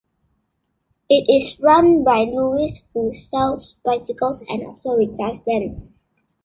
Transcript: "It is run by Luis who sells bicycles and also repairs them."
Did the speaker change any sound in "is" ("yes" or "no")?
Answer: yes